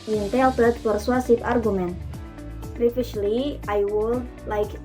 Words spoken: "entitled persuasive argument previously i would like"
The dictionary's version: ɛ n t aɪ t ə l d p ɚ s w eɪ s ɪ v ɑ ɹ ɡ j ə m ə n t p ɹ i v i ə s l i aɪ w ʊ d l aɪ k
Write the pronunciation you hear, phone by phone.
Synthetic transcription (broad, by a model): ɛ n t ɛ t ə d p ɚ s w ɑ s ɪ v ɑ ɹ ɡ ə m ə n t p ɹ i f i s l i aɪ w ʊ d l aɪ k